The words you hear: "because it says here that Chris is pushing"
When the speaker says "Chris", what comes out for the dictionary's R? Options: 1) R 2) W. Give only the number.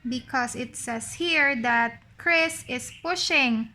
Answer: 1